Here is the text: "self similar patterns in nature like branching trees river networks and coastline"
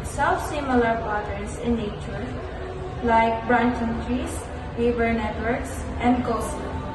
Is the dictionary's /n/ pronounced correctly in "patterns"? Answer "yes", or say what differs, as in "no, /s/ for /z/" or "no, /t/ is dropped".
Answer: no, /n/ is dropped